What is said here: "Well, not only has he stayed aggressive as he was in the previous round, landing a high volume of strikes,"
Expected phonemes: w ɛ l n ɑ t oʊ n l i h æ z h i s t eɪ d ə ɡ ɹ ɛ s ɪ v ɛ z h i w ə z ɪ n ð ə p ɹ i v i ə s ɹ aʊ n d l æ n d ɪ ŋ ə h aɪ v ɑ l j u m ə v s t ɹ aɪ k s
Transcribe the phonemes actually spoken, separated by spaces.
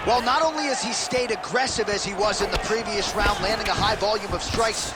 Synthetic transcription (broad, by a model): w ɛ l n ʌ t oʊ n l i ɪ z i s t eɪ d ə ɡ ɹ ɛ s ɪ v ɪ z i w ə z ɪ n ð ə p ɹ i v i ə s ɹ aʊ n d l æ n d ɪ ŋ ə h aɪ v ɑ l j u m ə v s t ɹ aɪ k s